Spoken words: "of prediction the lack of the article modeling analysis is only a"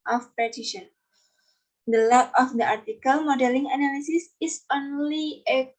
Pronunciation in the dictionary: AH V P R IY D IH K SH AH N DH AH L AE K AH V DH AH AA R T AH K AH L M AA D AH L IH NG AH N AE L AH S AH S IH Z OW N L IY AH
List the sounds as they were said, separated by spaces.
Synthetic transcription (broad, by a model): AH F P IY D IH SH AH N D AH L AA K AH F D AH AA R T AH K AH L M AA D AH L IH NG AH N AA L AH S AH S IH S OW N L IY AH